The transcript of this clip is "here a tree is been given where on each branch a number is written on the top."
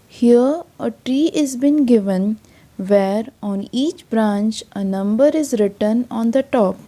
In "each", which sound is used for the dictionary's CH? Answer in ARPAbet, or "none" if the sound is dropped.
CH